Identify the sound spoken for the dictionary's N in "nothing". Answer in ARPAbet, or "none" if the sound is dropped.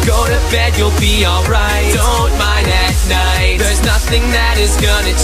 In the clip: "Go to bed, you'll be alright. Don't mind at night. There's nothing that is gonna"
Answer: N